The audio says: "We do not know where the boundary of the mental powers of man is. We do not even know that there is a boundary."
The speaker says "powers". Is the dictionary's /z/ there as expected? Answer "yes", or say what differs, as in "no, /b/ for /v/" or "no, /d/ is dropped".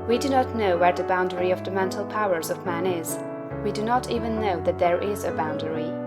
yes